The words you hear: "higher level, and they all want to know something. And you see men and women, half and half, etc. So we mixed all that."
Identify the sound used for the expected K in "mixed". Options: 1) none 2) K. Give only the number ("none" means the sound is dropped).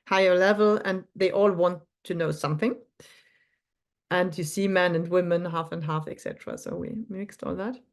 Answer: 2